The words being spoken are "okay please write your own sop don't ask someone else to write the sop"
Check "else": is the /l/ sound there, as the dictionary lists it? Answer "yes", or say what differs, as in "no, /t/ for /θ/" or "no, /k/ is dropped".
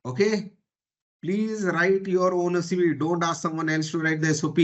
no, /n/ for /l/